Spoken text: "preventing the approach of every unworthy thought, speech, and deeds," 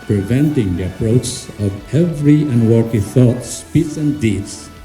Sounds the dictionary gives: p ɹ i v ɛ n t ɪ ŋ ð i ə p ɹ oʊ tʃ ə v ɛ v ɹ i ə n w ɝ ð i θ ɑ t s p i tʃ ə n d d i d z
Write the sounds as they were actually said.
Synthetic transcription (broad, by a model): p ɹ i v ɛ n t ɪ ŋ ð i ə p ɹ oʊ tʃ ə v ɛ v ɹ i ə n w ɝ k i θ ɑ t s p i s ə n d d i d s